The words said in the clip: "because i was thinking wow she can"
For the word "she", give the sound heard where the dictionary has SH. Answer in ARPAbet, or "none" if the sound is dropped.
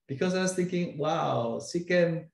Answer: S